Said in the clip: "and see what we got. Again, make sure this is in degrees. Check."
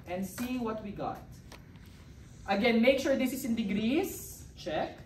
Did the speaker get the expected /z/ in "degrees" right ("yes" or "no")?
no